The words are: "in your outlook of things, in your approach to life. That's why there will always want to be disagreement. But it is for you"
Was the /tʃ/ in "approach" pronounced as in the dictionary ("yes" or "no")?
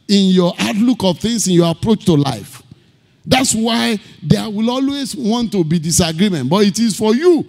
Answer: yes